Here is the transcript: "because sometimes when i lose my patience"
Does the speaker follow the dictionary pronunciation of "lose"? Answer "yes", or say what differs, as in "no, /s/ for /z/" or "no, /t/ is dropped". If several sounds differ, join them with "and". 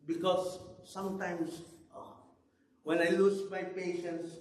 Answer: no, /s/ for /z/